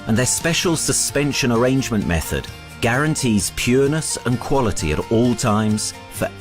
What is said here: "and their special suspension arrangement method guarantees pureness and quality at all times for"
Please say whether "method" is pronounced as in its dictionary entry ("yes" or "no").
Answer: yes